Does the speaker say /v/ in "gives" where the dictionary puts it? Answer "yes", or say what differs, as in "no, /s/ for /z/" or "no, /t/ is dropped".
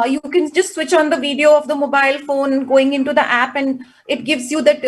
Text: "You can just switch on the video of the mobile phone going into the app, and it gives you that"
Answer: yes